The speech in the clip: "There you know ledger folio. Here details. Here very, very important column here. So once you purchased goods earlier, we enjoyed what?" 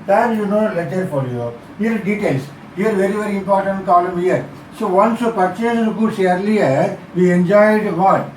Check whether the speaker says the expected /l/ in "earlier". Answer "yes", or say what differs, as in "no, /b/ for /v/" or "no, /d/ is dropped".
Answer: yes